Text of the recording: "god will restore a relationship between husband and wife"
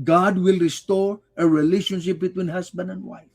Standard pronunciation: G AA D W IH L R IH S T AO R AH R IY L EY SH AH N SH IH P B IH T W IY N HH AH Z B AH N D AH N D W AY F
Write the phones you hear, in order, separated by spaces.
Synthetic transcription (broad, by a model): G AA D W IH L R IH S T AO R AH R IY L EY SH AH N SH IH P B IH T W IY N HH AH S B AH N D AH N D W AY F